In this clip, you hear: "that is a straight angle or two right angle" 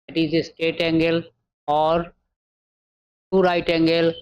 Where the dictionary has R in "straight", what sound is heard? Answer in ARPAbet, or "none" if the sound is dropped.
none